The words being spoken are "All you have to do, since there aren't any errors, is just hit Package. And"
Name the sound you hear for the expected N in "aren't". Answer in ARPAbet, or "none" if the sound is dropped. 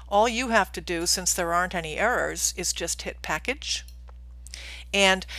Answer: N